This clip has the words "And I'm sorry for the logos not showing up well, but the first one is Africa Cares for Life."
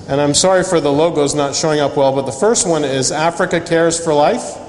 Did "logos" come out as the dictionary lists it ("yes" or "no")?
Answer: yes